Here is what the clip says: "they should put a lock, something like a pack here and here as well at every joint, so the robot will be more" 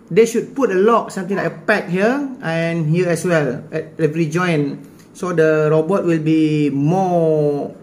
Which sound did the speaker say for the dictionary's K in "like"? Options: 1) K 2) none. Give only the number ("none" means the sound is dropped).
2